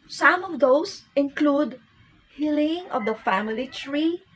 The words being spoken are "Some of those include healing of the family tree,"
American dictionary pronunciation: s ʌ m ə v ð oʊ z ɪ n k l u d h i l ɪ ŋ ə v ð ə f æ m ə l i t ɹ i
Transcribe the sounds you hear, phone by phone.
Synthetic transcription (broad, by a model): s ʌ m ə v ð oʊ s ɪ n k l u d h i l ɪ ŋ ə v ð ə f æ m ə l i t ɹ i